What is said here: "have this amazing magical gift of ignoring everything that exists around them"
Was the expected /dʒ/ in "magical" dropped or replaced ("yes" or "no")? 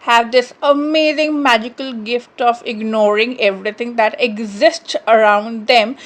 no